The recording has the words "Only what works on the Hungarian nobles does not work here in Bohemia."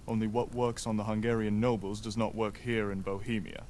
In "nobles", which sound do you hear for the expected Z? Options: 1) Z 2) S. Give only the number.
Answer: 1